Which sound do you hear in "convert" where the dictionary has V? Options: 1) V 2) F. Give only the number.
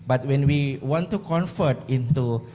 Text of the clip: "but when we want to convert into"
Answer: 2